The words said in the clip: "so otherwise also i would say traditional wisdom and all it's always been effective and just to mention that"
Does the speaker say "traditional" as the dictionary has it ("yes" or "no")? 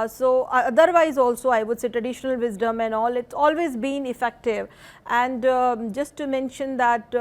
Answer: yes